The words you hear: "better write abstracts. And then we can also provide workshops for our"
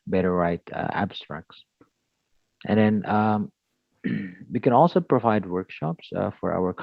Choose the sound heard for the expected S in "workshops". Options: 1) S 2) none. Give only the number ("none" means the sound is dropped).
1